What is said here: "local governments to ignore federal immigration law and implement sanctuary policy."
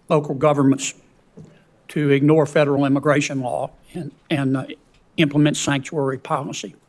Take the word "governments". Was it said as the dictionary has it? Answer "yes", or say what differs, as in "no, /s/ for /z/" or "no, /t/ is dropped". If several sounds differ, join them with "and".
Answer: yes